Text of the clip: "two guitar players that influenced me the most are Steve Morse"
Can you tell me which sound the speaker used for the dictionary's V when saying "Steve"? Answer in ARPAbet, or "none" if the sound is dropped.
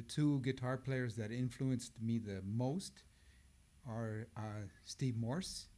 V